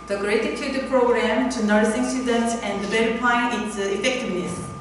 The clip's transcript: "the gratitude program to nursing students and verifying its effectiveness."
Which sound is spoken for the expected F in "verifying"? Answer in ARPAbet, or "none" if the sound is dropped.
P